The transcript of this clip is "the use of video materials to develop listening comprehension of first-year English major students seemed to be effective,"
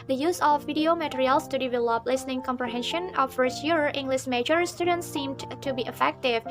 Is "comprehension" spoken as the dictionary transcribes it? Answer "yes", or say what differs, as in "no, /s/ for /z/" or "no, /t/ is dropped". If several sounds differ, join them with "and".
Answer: yes